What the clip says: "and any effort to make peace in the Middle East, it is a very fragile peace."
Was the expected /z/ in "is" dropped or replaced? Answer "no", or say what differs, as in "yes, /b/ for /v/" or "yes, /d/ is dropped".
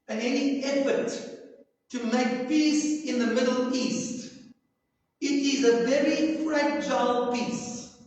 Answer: no